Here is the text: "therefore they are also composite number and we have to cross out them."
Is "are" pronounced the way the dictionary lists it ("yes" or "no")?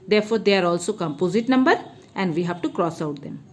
yes